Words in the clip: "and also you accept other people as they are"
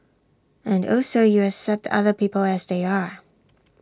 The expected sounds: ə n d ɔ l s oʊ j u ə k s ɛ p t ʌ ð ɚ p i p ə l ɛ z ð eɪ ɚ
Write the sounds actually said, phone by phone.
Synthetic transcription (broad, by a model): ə n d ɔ s oʊ j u ə k s ɛ p t ʌ ð ɚ p i p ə l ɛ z ð eɪ ɚ